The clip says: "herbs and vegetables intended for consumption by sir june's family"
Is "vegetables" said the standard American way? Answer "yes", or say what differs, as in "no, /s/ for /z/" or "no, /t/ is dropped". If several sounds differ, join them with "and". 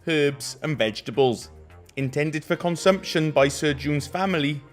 yes